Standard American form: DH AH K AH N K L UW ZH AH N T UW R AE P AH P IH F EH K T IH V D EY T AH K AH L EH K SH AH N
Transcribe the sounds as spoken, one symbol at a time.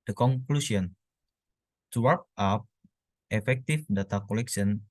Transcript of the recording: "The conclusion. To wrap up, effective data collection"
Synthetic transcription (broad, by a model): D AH K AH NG K L UW S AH N T UW W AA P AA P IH F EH K T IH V D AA T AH K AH L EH K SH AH N